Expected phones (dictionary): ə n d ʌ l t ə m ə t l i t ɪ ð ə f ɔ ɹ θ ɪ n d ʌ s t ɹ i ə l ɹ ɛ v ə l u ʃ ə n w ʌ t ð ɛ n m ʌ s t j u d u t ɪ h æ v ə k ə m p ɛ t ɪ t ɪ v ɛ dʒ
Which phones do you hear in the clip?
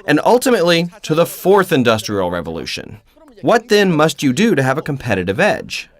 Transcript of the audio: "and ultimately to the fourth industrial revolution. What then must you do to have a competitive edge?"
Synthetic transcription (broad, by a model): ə n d ʌ l t ə m ə t l i t ɪ ð ə f ɔ ɹ θ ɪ n d ʌ s t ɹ i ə l ɹ ɛ v ə l u ʃ ə n w ʌ t ð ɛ n m ʌ s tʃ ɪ d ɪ t ɪ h v ə k ə m p ɛ t ɪ t ɪ v ɛ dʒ